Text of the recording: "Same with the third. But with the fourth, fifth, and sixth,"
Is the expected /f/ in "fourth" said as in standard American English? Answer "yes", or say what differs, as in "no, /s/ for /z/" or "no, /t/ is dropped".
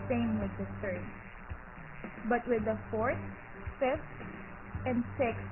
yes